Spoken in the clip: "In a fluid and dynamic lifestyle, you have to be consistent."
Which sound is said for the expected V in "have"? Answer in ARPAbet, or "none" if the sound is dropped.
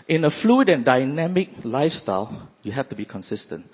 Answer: F